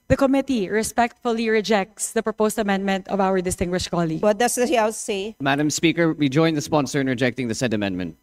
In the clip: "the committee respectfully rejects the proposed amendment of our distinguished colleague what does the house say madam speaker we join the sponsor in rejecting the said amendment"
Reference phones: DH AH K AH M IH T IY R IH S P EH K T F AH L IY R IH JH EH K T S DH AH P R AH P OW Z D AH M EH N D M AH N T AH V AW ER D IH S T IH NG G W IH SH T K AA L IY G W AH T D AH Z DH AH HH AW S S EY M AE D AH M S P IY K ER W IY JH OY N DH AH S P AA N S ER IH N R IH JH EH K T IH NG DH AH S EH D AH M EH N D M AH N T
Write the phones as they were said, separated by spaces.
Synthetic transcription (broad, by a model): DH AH K AH M IH T IY R IH S P EH K T F AH L IY R IH JH EH K T S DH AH P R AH P OW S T AH M EH N D M AH N T AH V AW ER D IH S T IH NG G W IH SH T K AA L IY G W AH T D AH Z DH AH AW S S EY M AE D AH M S P IY K ER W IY JH OY N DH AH S P AA N S ER IH N R IH JH EH K T IH NG DH AH S EH D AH M EH N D M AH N T